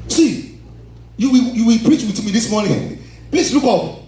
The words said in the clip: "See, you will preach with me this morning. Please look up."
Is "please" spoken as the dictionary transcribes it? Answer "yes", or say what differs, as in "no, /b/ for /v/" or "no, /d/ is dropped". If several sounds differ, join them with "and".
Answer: no, /s/ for /z/